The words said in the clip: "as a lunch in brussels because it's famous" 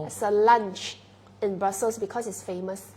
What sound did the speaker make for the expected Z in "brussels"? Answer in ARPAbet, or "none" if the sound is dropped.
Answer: S